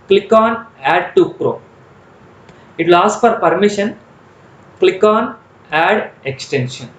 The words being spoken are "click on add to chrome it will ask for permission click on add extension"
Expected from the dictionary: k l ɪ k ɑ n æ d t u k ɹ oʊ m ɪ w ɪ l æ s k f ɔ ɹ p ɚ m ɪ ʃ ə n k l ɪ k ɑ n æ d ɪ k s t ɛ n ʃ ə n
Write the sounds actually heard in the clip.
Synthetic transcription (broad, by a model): k l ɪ k ɑ n æ d t u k ɹ oʊ ɪ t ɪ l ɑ s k f ɔ ɹ p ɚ m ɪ ʃ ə n k l ɪ k ɑ n æ d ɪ k s t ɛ n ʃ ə n